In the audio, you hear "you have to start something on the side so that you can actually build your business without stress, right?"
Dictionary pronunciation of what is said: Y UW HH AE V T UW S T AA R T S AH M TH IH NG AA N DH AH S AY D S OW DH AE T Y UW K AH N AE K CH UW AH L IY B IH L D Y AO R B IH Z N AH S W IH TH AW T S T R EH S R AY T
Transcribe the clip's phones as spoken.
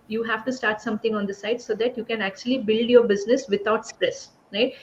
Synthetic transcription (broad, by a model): Y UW HH AE V T UW S T AA R T S AH M T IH NG AA N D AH S AY D S OW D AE T Y UW K AH N AE K CH UW AH L IY B IH L D Y AO R B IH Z N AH S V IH T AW T S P R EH S R AY T